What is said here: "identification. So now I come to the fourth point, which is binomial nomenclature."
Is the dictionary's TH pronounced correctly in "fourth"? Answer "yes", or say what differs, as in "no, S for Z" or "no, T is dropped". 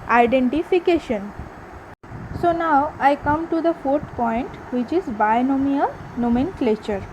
no, T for TH